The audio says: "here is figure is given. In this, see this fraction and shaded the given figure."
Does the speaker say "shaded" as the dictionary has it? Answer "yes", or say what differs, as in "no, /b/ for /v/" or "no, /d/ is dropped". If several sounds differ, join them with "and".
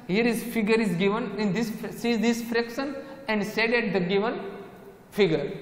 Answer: no, /s/ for /ʃ/